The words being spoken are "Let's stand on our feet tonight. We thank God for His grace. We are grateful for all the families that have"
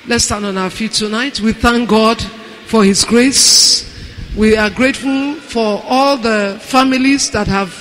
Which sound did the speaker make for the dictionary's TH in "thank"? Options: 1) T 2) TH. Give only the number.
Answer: 2